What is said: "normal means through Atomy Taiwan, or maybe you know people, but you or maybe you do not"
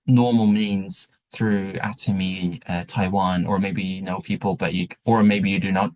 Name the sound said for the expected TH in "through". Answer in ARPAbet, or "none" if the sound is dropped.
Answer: TH